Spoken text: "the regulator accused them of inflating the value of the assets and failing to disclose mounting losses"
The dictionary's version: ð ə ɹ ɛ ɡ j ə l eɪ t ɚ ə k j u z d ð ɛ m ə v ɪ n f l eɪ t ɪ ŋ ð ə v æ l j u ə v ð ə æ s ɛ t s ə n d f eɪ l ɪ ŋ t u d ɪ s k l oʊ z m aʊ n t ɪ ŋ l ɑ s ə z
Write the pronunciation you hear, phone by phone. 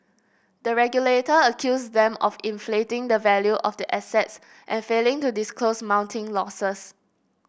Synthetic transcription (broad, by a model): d ə ɹ ɛ ɡ j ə l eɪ t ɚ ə k j u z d ɛ m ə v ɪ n f l eɪ t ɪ ŋ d ə v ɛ l j u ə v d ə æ s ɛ t s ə n f eɪ l ɪ ŋ t u d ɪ s k l oʊ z m aʊ n t ɪ ŋ l ɑ s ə s